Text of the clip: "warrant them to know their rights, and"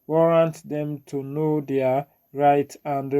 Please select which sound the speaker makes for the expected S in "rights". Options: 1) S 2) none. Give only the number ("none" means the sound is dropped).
2